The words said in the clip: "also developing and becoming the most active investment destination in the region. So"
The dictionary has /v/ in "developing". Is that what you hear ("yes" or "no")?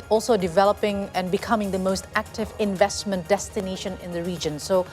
yes